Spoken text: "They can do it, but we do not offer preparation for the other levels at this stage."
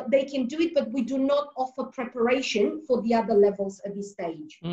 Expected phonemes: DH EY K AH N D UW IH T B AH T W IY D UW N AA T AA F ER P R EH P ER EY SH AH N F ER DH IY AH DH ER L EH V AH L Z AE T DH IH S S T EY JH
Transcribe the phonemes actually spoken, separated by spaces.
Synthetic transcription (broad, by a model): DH EY K AH N D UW IH T B AH T W IY D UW N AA T AA F ER P R EH P ER EY SH AH N F ER DH IY AH DH ER L EH V AH L Z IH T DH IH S S T EY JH